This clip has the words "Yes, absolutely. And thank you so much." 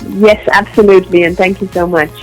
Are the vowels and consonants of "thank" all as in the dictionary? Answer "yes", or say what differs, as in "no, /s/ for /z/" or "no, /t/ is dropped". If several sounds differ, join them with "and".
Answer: yes